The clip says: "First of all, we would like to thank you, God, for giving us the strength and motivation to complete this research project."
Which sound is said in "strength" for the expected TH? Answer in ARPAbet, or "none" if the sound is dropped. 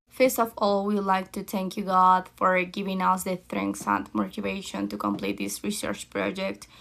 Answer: S